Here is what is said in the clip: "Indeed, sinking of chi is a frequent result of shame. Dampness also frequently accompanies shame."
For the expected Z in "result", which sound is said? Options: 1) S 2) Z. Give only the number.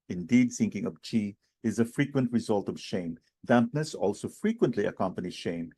2